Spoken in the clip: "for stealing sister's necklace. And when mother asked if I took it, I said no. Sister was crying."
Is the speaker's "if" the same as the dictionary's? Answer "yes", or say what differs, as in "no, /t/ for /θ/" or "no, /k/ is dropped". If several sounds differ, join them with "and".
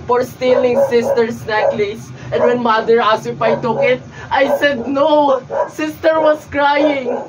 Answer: no, /p/ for /f/